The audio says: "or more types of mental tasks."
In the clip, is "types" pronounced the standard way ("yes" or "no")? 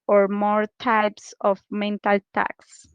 yes